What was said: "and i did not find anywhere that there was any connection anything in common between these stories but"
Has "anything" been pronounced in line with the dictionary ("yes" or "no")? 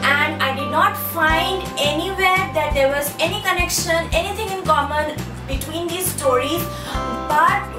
no